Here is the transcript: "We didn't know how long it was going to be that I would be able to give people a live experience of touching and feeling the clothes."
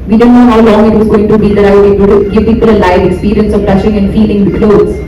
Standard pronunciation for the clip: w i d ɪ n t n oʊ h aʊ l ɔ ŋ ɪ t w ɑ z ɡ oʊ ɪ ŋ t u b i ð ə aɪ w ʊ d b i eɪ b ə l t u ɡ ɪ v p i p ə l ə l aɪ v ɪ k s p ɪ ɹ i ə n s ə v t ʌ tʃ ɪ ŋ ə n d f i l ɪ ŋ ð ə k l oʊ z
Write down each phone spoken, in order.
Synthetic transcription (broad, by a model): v i d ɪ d n oʊ h aʊ l ɔ ŋ ɪ t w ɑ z ɡ oʊ ɪ ŋ t u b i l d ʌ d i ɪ ə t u ɡ ɪ v p i p ə l ə l aɪ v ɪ k s p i ɹ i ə n s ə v t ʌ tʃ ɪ ŋ ə n d f i l ɪ ŋ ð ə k l oʊ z